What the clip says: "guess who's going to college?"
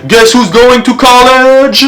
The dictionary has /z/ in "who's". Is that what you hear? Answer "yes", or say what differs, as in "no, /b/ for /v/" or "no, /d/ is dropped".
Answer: yes